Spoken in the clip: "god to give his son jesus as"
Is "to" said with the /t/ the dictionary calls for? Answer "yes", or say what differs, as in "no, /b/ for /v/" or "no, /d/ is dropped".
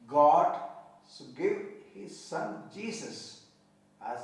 no, /s/ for /t/